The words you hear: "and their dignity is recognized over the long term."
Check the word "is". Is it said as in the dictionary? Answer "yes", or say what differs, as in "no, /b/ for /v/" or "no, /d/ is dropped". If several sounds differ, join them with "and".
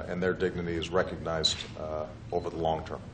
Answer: yes